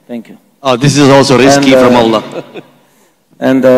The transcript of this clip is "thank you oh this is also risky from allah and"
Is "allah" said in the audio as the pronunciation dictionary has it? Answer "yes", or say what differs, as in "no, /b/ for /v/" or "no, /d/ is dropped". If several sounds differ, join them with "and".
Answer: yes